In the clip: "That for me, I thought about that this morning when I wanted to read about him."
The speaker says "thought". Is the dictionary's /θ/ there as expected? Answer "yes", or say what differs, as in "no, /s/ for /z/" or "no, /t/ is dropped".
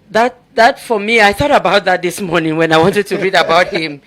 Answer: yes